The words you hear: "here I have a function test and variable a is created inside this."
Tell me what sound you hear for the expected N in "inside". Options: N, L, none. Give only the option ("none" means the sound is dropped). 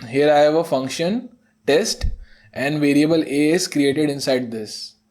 N